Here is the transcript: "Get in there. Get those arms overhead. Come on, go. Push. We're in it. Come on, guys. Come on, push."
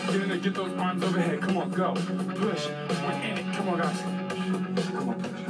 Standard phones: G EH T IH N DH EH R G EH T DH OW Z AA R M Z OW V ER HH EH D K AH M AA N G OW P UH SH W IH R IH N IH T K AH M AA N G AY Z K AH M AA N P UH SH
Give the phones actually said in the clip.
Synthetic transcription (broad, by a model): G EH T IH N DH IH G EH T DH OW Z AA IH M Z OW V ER HH EH D K AH M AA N G OW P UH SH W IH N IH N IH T K AH M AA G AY S K AH M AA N